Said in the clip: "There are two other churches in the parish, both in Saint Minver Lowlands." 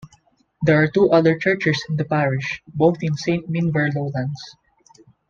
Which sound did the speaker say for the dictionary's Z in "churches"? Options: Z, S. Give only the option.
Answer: S